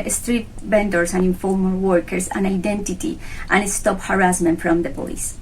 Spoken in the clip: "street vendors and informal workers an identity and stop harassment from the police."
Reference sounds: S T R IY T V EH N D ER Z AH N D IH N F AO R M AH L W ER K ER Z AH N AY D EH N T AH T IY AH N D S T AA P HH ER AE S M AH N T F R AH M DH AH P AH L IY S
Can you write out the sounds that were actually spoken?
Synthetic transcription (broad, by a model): S T R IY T B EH N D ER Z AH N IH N F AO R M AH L W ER K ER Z AH N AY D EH N T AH T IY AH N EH S T AA P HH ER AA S M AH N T F R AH M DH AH P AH L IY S